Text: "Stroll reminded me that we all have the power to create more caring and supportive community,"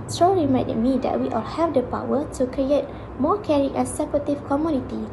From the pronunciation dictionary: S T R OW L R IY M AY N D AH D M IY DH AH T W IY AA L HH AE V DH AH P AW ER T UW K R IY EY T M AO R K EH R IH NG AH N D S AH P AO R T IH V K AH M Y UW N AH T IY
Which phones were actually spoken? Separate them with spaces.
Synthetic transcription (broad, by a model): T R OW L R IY M AY D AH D M IY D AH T W IY AA L HH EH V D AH P AW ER T UW K R IY EY T M AO K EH R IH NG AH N S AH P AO T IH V K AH M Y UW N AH T IY